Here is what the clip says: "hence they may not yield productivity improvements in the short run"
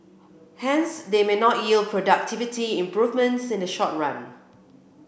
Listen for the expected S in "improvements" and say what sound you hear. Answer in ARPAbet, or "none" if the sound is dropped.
S